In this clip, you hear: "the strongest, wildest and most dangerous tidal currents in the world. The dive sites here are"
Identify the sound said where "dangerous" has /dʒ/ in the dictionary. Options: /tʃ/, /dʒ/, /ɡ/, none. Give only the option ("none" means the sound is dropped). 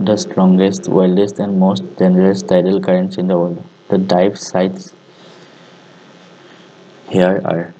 none